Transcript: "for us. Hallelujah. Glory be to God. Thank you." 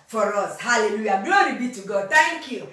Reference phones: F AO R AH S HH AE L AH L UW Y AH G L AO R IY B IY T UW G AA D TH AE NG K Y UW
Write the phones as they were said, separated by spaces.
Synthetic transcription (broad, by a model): F AO R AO S HH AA L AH L UW Y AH G L AO R IY B IY T UW G AA D T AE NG K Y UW